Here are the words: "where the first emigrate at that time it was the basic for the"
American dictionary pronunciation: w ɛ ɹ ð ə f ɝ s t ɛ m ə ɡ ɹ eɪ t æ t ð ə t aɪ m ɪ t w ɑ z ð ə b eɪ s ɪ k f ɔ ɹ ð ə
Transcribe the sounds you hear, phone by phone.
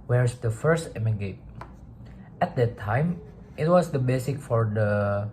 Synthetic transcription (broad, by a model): w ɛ ɹ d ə f ɝ s t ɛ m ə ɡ eɪ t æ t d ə t aɪ m ɪ t w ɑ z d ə b eɪ s ɪ k f ɔ ɹ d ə